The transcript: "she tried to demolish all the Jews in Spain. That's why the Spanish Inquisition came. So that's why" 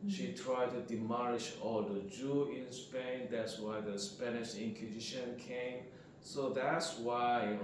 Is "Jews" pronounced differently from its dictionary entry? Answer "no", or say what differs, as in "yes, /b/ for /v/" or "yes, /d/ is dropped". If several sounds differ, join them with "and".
yes, /z/ is dropped